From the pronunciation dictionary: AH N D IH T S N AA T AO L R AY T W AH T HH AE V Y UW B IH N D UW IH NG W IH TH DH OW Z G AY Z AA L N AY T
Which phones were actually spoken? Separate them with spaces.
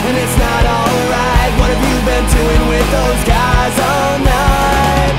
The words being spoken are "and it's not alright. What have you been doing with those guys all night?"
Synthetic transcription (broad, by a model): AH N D IH T S N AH T AO L R AY T W AH T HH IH V Y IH B IH N D UW IH NG W IH DH OW Z G AY Z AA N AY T